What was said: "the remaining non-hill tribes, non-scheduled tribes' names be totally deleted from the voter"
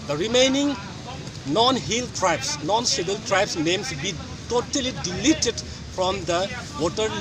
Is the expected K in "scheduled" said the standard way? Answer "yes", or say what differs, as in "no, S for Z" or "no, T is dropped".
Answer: no, K is dropped